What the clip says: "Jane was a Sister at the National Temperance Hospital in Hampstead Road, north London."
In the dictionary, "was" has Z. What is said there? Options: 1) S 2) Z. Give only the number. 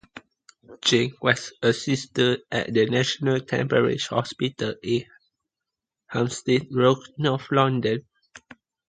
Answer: 1